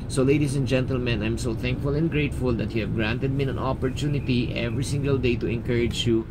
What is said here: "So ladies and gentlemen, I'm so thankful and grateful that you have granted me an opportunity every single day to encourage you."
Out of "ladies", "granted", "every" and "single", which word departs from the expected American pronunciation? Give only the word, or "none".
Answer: ladies